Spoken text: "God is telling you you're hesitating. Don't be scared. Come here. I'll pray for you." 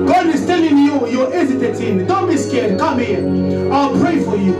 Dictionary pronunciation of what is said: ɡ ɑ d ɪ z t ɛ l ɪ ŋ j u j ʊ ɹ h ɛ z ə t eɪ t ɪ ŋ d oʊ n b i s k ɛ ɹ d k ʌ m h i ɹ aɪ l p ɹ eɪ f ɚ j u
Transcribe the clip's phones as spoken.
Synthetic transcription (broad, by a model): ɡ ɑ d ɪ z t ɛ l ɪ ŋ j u j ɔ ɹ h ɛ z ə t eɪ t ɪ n d oʊ n b i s k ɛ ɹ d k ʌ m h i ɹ aɪ l p ɹ eɪ f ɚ j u